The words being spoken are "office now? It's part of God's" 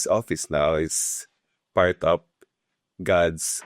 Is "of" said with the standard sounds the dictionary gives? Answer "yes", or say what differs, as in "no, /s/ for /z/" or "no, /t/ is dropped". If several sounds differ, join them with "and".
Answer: no, /p/ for /v/